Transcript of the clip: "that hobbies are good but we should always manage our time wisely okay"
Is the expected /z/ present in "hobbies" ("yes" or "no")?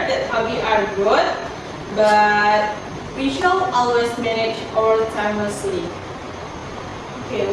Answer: no